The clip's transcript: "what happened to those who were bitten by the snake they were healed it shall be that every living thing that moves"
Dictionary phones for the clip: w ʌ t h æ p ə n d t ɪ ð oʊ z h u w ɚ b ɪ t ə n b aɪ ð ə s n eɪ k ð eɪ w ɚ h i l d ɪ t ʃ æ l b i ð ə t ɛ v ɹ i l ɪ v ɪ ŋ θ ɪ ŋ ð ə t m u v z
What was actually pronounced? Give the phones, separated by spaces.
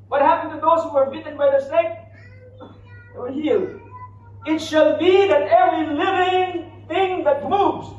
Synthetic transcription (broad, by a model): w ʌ t h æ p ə n t ɪ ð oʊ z w ɚ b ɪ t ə n b aɪ ð ə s eɪ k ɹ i l ɪ t ʃ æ l b i ð ə t ɛ v ɹ i l ɪ v ɪ ŋ θ ɪ ŋ ð ə t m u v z